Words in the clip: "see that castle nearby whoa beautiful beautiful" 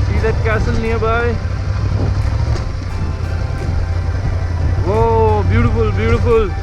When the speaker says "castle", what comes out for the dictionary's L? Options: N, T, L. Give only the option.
N